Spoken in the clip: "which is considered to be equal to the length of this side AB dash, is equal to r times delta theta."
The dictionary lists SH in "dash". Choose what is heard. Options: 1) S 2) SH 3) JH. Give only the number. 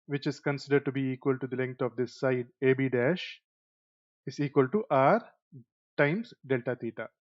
2